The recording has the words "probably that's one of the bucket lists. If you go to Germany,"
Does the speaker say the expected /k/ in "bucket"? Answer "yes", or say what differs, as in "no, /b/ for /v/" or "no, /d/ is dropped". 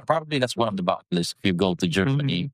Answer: no, /k/ is dropped